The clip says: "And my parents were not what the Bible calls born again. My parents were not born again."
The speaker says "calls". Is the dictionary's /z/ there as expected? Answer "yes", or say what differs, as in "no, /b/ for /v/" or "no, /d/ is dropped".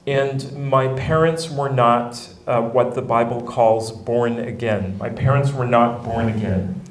yes